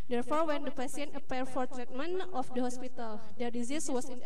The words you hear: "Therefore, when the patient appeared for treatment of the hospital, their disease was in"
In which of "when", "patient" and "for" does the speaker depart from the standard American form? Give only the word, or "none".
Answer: patient